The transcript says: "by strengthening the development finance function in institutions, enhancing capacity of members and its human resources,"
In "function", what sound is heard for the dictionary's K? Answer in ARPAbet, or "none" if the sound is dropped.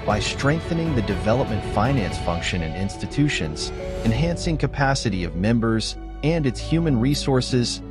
K